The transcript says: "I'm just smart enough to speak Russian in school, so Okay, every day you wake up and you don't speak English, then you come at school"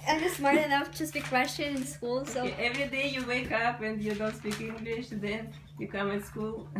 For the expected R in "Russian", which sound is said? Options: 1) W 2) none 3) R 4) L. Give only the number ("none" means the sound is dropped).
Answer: 1